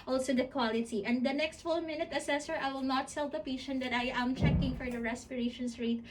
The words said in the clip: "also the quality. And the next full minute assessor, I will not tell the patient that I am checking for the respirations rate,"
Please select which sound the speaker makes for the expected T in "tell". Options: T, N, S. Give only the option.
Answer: S